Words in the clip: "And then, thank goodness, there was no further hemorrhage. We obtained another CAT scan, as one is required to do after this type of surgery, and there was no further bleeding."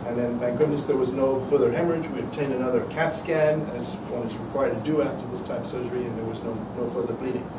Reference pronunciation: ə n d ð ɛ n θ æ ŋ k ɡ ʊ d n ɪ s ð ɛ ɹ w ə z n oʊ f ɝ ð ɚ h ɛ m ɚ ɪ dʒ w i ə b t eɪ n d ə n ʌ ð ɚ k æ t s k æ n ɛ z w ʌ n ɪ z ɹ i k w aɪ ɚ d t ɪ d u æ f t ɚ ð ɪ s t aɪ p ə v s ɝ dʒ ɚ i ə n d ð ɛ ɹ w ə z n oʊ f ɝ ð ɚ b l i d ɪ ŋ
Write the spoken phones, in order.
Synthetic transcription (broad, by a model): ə n ð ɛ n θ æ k ɡ ʊ d n ɪ s ð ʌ ɹ w ə z n oʊ f ɝ ð ɚ h ɛ m ɚ ɪ dʒ w i ə b t eɪ n d ə n ʌ ð ɚ k æ t s k æ n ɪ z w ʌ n ɪ z ɹ i k w aɪ ɚ d t ɪ d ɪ æ f t ɚ ð ɪ s t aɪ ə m s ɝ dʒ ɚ i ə n ð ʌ ɹ w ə z n oʊ f ɝ ð ɚ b l i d ɪ ŋ